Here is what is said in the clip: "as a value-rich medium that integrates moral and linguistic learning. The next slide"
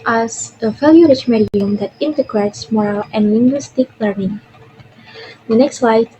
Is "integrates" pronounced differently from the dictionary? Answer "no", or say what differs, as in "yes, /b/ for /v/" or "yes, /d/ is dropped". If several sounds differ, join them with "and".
no